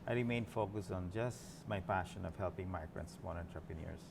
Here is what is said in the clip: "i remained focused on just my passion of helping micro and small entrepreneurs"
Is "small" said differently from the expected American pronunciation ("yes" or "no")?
yes